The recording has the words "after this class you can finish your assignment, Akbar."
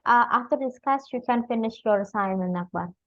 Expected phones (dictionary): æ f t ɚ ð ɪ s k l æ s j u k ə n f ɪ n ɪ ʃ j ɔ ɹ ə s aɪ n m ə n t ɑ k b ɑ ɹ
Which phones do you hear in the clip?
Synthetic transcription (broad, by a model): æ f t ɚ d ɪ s k ɑ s j u k ə n f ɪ n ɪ ʃ j ɔ ɹ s aɪ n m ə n ɑ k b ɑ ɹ